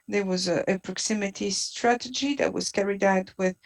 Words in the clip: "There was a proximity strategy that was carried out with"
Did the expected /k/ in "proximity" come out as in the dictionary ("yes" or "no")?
yes